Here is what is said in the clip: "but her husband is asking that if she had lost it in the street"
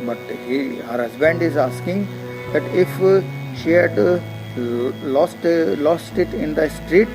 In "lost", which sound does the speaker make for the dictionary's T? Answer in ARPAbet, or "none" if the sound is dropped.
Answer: T